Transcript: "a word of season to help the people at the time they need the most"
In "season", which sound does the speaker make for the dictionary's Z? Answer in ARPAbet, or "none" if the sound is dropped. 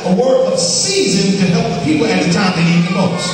Z